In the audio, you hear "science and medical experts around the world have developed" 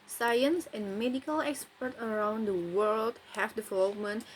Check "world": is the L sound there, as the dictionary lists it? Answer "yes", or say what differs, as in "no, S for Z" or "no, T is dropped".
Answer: yes